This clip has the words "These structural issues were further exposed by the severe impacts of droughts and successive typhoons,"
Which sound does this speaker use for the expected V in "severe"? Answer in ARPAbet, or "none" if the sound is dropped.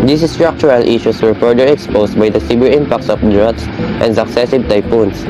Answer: B